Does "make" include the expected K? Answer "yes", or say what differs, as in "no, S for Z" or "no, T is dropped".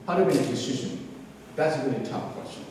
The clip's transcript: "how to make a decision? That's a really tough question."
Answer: no, K is dropped